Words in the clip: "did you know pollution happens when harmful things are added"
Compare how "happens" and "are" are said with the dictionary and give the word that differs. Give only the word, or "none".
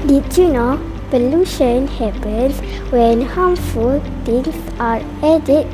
happens